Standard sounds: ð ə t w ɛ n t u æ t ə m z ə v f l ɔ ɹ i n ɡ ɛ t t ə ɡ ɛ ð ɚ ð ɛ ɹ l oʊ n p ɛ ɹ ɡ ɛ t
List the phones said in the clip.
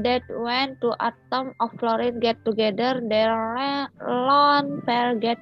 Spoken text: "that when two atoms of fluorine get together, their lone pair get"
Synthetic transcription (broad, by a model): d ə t w ɛ n t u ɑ t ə m ə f l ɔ ɹ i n ɡ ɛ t t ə ɡ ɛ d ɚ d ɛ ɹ l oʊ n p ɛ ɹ ɡ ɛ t